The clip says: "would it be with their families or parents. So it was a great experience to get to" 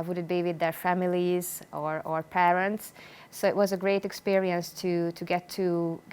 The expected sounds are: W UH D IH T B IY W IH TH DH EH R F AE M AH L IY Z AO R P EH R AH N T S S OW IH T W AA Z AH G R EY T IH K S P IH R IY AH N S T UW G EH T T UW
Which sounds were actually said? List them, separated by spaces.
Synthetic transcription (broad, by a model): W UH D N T B IY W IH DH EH R F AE M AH L IY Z AO R P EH R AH N T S S OW IH T W AA Z AH G R EY T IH K S P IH R IY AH N S T UW G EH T T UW